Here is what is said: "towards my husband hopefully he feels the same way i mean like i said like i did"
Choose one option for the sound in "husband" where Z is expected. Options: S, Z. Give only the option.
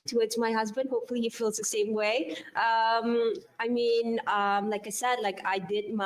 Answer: Z